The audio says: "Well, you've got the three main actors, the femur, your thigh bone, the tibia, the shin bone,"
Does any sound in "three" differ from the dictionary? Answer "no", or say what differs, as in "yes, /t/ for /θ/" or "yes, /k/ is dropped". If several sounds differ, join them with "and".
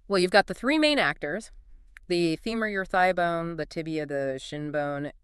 no